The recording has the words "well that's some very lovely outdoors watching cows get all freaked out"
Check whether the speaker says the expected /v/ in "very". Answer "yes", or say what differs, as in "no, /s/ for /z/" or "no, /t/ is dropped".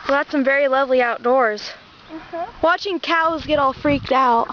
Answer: yes